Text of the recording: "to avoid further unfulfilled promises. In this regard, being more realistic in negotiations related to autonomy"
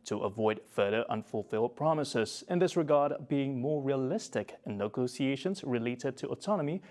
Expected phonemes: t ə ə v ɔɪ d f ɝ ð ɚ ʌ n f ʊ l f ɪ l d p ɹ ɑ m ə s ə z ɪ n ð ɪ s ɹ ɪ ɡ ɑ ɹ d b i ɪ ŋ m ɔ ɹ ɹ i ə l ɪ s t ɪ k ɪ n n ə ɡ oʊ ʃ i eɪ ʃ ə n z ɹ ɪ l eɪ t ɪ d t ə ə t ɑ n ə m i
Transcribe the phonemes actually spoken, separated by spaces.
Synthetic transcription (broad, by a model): t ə ə v ɔɪ d f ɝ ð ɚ ʌ n f ʊ l f ɪ l d p ɹ ɑ m ə s ə z ɪ n ð ɪ s ɹ ɪ ɡ ɑ ɹ d b i ɪ ŋ m ɔ ɹ ɹ i ə l ɪ s t ɪ k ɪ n n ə ɡ oʊ s i eɪ ʃ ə n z ɹ ɪ l eɪ t ɪ d t ə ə t ɑ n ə m i